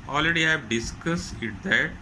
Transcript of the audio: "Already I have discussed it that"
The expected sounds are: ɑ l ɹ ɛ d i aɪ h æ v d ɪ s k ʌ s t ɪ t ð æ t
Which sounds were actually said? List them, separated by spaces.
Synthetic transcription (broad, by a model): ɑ l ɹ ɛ d i aɪ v d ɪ s k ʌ s ɪ t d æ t